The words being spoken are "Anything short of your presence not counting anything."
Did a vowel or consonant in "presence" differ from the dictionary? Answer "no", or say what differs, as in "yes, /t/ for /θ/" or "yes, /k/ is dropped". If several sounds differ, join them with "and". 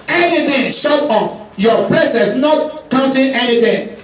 yes, /s/ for /z/ and /n/ is dropped